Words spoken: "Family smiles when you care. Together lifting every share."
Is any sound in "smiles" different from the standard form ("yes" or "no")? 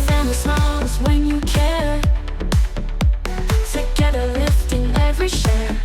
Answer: yes